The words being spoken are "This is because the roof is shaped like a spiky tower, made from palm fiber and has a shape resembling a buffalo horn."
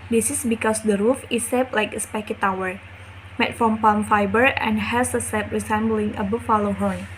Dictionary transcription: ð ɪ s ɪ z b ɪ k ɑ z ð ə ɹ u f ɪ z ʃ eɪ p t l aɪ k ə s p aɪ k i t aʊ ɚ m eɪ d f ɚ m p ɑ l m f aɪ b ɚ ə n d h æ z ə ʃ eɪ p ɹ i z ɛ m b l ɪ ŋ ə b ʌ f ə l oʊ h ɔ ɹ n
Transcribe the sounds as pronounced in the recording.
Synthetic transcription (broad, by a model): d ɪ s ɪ s b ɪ k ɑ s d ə ɹ u f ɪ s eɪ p l aɪ k ə s p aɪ k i t aʊ ɚ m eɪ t f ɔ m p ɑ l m f aɪ b ɚ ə n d h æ s ə s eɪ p ɹ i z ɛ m b l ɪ ŋ ə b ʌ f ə l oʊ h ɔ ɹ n